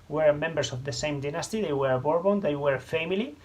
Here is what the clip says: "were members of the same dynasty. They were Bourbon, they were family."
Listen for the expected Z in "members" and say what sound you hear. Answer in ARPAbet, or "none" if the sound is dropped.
S